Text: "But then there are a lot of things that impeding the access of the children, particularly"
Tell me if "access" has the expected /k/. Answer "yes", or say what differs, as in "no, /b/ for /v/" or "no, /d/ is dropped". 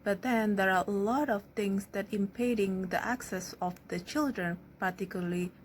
yes